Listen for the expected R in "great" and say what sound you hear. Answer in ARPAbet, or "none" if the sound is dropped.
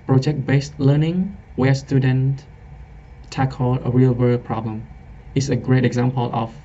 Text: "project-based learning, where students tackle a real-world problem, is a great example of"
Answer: R